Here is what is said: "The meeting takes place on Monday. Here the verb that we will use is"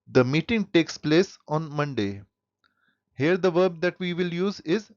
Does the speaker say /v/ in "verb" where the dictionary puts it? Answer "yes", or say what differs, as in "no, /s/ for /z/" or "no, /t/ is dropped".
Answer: yes